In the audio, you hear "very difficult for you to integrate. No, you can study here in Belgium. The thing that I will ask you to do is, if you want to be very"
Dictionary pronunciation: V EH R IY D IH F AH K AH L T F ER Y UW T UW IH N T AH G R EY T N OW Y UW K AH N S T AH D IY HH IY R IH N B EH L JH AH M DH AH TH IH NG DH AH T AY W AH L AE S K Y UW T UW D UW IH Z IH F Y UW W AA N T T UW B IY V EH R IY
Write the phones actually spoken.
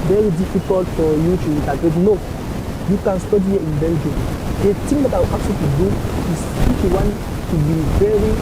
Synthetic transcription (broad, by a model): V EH R IY D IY F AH K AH L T F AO Y UW T UW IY N T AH G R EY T N OW Y UW K AH N S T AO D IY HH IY IH N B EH N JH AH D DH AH T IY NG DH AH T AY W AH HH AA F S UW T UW D UW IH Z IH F Y UW W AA N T T UW B IY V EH R IY